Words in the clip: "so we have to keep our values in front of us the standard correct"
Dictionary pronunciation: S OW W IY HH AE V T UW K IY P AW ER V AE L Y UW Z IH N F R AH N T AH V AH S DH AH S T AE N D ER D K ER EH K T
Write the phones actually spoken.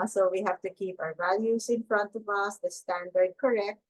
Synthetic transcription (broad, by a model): S OW W IY HH AE V T UW K IY P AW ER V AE L Y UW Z IH N F R AH N T AH V AH S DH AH S T AE N D ER D K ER EH K T